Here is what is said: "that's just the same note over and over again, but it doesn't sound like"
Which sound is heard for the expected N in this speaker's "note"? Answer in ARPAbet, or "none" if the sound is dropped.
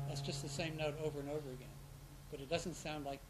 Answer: N